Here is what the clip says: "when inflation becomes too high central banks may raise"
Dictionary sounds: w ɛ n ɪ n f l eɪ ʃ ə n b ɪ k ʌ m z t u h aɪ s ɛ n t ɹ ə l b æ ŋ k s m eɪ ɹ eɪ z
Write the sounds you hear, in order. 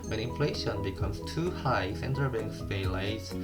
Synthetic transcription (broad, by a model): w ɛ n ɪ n f l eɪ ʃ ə n b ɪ k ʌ m s t u h aɪ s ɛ n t ə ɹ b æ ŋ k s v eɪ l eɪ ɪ